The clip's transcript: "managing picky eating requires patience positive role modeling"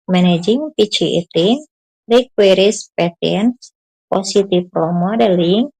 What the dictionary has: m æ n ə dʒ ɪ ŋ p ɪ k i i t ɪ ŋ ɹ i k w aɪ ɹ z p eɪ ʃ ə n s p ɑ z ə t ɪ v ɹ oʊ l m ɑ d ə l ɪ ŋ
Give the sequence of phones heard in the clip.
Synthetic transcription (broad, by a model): m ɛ n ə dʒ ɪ ŋ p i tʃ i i t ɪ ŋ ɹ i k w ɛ ɹ s p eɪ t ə n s p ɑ s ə t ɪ f ɹ oʊ m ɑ d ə l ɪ ŋ